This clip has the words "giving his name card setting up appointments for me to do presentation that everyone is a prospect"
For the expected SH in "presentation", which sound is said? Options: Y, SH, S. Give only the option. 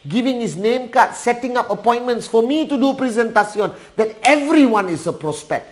S